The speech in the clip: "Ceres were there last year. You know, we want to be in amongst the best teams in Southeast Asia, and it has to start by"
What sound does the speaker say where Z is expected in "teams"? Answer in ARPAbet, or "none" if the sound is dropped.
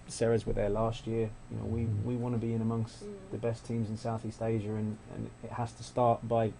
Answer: Z